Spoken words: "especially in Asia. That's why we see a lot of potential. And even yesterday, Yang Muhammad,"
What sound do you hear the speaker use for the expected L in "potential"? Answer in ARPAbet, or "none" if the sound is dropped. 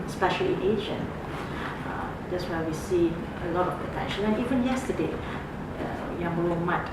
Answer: N